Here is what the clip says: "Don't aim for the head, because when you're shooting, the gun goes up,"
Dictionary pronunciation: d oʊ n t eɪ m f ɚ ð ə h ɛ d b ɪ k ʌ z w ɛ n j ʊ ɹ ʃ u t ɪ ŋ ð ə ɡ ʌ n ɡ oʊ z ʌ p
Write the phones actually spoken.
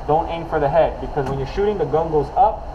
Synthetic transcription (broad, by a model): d oʊ n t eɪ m f ɚ ð ə h ɛ d b ɪ k ʌ z w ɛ n j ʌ ɹ ʃ u t ɪ ŋ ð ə ɡ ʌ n ɡ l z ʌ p